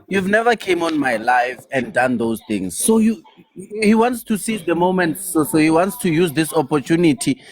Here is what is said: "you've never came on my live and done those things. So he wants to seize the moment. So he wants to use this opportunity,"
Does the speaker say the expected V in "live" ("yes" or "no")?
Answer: no